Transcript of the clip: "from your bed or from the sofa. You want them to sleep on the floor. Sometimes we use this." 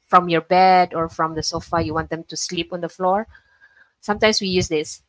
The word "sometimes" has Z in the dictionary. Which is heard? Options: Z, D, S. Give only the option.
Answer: S